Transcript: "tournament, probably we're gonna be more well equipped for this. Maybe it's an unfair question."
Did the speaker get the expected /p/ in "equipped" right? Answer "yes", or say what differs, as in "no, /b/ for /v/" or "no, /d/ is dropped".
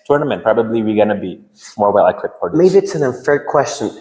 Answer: no, /p/ is dropped